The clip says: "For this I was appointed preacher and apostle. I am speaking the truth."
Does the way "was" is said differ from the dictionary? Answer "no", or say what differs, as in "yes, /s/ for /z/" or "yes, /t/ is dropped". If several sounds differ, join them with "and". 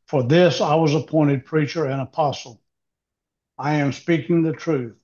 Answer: no